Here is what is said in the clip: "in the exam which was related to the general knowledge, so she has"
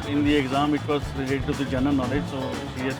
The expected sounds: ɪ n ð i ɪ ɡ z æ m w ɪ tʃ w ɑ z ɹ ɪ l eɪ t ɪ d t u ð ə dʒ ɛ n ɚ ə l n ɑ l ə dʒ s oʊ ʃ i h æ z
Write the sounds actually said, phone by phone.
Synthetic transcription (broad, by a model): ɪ n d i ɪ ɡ z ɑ m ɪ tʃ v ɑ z ɹ ɪ l eɪ t ɪ d t u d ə dʒ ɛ n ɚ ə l n ɑ l ə dʒ s oʊ s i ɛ